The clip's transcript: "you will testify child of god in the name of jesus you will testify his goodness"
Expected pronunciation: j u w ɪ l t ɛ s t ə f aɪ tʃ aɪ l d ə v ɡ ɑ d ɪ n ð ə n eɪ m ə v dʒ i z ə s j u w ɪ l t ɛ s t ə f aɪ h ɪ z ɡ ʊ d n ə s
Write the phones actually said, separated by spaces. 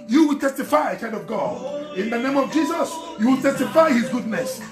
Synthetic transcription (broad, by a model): j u w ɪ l t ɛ s t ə f aɪ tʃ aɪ n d ə v ɡ ɑ d ɪ n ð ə n eɪ m ə v dʒ i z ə s j u w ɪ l t ɛ s t ə f aɪ h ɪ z ɡ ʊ d n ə s